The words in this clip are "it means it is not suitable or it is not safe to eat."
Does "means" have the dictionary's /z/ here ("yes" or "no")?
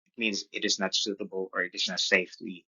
yes